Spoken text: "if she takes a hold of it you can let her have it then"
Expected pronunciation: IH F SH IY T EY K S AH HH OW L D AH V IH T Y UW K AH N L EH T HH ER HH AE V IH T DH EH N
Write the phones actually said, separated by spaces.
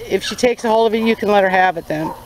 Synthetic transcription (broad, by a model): IH F SH IY T EY K S AH HH OW L AH V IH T Y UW K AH N L EH T HH ER HH AE V IH T DH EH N